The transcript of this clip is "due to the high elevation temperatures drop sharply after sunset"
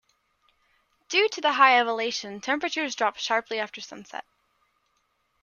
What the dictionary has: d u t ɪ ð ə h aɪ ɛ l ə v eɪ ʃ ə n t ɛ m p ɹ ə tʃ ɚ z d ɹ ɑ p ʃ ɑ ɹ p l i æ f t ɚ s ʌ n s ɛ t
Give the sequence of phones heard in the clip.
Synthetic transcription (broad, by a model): d u t ɪ ð ə h aɪ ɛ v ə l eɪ ʃ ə n t ɛ m p ɹ ə tʃ ɚ z d ɹ ɑ p ʃ ɑ ɹ p l i æ f t ɚ s ʌ n s ɛ t